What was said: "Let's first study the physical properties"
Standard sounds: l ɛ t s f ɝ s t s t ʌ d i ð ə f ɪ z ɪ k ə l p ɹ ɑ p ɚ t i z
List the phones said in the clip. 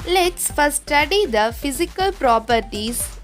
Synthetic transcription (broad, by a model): l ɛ t s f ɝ t s t ʌ d i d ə f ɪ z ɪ k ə l p ɹ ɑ p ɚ t i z